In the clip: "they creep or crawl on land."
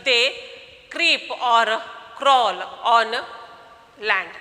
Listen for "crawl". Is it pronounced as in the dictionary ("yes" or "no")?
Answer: yes